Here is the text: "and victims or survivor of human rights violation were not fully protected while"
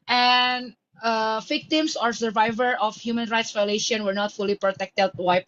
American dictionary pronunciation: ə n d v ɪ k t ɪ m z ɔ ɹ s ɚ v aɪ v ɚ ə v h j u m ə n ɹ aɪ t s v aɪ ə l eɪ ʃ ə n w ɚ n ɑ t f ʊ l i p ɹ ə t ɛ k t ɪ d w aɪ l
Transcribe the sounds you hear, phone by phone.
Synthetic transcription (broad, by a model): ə n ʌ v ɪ k t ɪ m s ɔ ɹ s ɚ v aɪ v ɚ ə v h j u m ə n ɹ aɪ t s v aɪ ə l eɪ ʃ ə n w ɚ n ɑ t f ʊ l i p ɹ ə t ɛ k t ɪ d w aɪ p